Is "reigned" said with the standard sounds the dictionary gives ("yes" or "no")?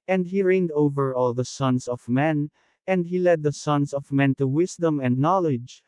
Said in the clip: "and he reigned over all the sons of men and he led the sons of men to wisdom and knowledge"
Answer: yes